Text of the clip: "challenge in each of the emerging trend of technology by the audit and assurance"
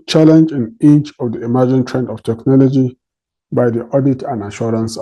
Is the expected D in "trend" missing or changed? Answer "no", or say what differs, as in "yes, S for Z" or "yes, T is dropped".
no